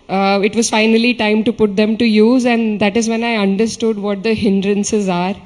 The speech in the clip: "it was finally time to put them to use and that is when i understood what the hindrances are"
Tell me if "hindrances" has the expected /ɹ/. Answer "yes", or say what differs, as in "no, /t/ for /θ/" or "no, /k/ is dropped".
yes